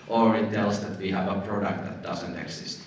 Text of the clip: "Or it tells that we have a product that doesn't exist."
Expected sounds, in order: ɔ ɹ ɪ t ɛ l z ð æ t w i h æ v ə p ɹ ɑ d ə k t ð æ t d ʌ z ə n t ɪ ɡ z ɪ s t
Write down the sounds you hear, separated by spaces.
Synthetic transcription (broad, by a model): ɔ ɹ ɪ t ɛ l s ð æ t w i h æ v ə p ɹ ɑ d ə k t ð æ t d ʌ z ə n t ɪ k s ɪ s t